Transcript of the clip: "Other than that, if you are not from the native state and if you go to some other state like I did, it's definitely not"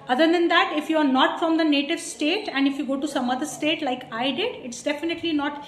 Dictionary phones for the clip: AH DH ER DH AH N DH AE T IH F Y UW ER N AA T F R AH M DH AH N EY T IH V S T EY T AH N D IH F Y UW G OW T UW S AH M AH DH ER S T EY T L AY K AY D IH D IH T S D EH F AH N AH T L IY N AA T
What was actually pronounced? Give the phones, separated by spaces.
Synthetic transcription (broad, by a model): AH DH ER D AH N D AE T IH F Y UW ER N AA T F R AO M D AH N EY T IH V S T EY T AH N D IH F Y UW G OW T UW S AH M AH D ER S T EY T L AY K AY D IH D IH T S D EH F AH N AH T L IY N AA T